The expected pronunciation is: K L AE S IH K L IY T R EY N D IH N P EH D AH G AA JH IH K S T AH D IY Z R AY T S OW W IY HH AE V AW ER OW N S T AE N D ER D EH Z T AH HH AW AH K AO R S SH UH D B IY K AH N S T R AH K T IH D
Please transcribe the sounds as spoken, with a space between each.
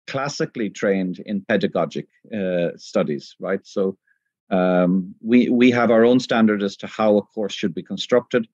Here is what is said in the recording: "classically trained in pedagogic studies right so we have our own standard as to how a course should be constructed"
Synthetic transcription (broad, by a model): K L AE S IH K L IY T R EY N D IH N P EH D AH G AA JH IH K S T AH D IY Z R AY T S OW W IY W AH V AW ER OW N S T AE N D ER D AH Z T AH HH AW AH K AO R S SH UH D B IY K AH N S T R AH K T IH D